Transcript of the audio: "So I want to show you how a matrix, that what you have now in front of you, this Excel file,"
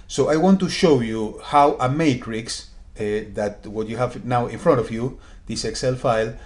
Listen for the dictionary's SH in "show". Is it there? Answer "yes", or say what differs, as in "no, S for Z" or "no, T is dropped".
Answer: yes